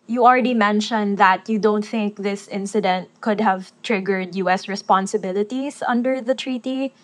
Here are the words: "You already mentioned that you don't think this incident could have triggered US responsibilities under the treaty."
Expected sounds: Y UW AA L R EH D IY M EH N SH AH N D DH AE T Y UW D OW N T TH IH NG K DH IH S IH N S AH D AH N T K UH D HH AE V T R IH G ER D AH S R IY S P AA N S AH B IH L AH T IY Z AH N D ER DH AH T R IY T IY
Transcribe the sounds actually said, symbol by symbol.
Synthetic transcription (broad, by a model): Y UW AA L R EH D IY M EH N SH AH N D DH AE T Y UW D OW N T TH IH NG K DH IH S IH N S AH D AH N T K UH D HH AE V T R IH G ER D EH S R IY S P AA N S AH B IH L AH T IY S AH N D ER DH AH T R IY T IY